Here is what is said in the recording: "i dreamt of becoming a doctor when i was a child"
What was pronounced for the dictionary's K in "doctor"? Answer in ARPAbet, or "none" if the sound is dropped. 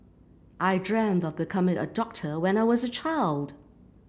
K